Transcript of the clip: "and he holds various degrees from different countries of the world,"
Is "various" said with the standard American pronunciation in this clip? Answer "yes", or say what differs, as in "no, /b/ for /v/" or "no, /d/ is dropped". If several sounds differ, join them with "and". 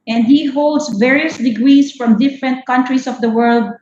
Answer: yes